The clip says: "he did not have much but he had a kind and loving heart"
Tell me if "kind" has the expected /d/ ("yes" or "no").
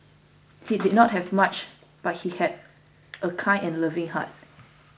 no